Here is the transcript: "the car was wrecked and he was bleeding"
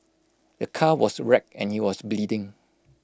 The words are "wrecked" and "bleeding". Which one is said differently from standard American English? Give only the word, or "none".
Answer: wrecked